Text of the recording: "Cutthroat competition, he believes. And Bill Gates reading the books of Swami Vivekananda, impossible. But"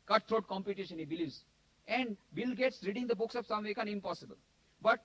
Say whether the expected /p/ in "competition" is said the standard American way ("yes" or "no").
yes